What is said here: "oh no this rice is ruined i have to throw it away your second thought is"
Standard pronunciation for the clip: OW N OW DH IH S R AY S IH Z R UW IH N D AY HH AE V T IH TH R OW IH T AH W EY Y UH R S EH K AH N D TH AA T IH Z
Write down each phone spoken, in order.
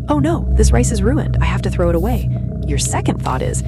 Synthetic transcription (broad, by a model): OW N OW DH IH S R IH S IH Z R UW IH N D AY HH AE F T IH TH R OW IH T AH W EY Y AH R S EH K AH N D TH AA T IH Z